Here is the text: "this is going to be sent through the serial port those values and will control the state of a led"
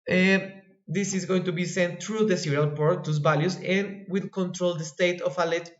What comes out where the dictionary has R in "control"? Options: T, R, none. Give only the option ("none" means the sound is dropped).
R